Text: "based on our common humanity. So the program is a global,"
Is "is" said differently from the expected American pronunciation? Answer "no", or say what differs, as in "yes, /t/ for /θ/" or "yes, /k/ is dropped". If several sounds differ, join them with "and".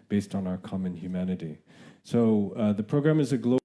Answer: no